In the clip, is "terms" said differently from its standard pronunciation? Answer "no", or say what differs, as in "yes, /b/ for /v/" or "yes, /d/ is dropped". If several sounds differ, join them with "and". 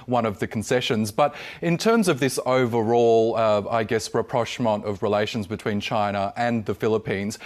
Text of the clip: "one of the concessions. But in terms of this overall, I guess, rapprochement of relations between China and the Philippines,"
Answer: no